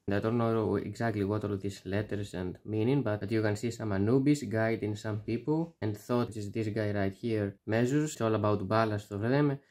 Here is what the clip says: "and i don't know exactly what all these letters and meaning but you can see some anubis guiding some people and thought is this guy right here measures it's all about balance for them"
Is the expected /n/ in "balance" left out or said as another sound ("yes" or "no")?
yes